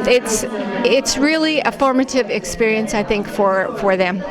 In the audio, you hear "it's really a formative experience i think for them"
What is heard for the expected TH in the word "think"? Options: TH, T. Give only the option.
TH